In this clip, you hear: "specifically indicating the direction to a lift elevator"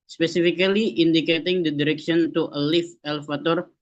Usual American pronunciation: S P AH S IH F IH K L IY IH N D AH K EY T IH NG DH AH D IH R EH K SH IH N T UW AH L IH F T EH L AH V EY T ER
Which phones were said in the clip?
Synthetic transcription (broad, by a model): S P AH S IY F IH K L IY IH N D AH K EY T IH NG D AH D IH R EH K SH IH N T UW AH L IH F EH L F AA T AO